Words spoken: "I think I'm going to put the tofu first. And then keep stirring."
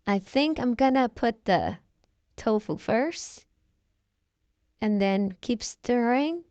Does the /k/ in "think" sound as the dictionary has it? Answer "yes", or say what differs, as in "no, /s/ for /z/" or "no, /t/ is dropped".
yes